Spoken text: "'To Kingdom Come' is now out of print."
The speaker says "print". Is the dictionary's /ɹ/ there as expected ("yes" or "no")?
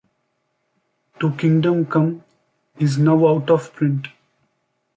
yes